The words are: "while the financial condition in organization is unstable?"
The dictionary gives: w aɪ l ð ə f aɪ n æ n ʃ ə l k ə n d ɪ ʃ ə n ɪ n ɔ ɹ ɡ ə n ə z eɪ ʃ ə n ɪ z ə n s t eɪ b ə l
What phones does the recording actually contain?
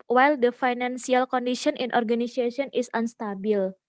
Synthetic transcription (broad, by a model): w aɪ l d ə f aɪ n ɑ n s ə l k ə n d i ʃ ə n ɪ n ɔ ɹ ɡ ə n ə s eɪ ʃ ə n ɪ s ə n s t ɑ b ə l